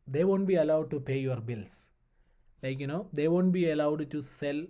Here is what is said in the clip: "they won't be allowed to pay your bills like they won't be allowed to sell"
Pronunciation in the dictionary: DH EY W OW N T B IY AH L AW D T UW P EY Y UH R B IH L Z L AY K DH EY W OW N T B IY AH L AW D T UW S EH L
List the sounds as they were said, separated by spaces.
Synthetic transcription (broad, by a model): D EY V OW N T B IY AH L AW D T UW P EY Y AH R B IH L S L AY K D EY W OW N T B IY AH L AW D T UW S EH L